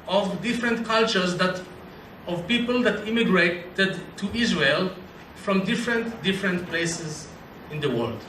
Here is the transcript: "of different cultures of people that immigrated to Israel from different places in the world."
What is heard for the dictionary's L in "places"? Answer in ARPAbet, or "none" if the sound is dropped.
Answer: L